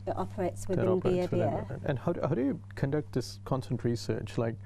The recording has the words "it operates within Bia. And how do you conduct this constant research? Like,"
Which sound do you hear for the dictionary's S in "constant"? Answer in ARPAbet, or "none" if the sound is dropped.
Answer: none